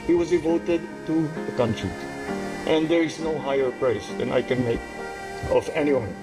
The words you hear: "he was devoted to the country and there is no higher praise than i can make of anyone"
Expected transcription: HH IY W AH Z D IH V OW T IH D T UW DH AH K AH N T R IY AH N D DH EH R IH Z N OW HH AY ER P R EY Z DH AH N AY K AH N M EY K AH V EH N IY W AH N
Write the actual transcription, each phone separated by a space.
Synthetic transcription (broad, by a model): HH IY W AH Z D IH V OW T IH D T UW DH AH K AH N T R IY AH N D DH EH R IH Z N OW HH AY ER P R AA S DH AH N AY K AH N M EY K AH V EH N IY W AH N